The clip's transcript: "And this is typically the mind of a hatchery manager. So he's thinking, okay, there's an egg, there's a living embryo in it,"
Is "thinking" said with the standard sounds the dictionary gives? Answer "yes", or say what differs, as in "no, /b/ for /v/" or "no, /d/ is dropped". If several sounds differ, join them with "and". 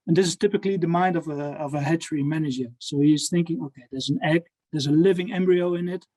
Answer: yes